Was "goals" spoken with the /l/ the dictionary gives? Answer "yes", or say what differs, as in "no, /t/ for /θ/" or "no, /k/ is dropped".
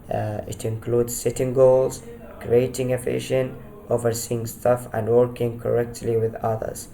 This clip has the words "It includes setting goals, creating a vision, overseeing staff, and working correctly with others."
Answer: yes